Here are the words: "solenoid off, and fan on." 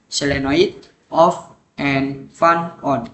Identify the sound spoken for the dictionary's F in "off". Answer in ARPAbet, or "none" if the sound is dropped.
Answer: F